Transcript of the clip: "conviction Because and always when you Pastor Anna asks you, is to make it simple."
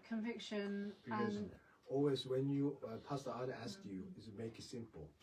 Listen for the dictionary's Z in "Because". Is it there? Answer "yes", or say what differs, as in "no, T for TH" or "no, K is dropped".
no, Z is dropped